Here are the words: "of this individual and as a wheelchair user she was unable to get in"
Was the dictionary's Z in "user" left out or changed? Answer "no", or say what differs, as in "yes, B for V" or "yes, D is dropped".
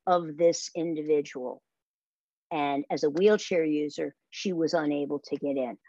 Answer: no